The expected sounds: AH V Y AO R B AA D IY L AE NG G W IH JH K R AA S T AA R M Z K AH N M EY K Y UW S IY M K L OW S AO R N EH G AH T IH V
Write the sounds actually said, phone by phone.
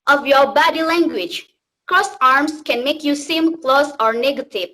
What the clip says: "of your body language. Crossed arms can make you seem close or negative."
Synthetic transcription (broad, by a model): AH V Y AO R B AA D IY L AE NG G W IH JH K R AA S AA R M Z K AH N M EY K Y UW S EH M K L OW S AO R N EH G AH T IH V